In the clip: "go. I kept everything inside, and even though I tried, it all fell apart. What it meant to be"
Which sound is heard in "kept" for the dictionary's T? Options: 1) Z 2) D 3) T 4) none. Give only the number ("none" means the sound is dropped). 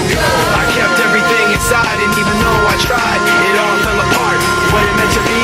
3